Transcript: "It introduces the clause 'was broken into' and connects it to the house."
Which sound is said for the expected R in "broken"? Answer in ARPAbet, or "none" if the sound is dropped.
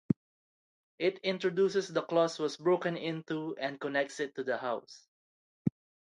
R